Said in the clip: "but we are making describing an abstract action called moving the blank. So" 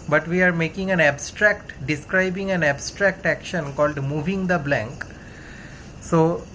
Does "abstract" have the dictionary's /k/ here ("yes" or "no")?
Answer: yes